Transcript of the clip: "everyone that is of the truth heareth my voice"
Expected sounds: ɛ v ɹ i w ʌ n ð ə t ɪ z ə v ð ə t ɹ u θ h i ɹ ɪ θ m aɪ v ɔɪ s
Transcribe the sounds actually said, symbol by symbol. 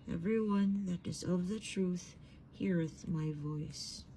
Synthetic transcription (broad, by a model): ɛ v ɹ i w ʌ n ð ə t ɪ z ə v ð ə t ɹ u θ h i ɹ ɪ θ m aɪ v ɔɪ s